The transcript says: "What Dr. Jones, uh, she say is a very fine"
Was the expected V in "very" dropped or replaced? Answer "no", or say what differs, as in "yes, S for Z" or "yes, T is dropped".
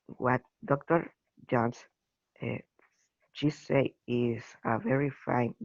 no